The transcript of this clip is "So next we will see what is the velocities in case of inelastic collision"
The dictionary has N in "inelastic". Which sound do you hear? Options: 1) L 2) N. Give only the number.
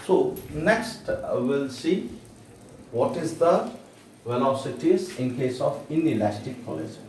2